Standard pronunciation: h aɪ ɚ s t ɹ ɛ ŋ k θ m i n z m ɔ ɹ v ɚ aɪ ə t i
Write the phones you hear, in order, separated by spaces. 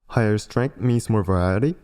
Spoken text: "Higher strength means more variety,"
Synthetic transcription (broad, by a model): h aɪ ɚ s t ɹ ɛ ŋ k t m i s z m ɔ ɹ v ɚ aɪ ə t i